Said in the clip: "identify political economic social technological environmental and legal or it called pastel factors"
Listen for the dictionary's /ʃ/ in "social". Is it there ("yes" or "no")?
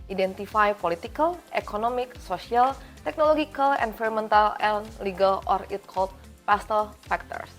no